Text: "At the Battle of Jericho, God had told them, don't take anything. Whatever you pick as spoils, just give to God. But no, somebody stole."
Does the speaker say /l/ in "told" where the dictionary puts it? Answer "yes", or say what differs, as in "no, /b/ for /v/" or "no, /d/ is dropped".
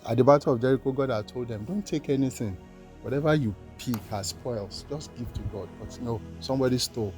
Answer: yes